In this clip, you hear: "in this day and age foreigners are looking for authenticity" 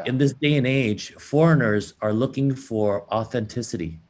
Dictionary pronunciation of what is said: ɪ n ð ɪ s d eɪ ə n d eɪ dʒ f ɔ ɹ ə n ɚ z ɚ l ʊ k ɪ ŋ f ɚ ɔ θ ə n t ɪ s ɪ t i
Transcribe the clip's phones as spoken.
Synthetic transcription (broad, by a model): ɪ n ð ɪ s d eɪ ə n eɪ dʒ f ɔ ɹ ə n ɚ z ɚ l ʊ k ɪ ŋ f ɚ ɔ θ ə n t ɪ s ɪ t i